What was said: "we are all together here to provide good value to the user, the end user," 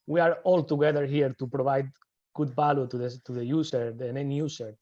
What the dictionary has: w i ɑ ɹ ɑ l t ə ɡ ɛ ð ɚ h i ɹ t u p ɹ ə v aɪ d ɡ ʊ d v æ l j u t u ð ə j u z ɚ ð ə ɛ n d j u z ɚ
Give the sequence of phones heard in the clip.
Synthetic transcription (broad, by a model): w i ɑ ɹ ɑ l t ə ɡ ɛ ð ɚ h i ɹ t u p ɹ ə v aɪ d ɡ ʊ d b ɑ l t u t u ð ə j u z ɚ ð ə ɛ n j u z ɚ